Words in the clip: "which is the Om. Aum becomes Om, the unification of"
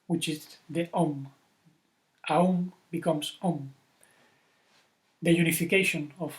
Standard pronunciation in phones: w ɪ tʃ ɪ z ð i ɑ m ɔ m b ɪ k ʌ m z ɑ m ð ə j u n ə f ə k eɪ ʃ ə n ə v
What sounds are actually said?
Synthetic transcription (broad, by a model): w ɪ tʃ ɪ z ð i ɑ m ɔ m b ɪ k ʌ m s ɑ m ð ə j u n ə f ə k eɪ ʃ ə n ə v